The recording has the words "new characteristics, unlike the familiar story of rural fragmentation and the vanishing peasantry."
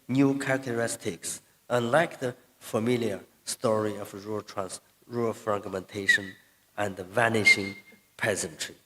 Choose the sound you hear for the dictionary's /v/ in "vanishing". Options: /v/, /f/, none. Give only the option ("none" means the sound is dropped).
/v/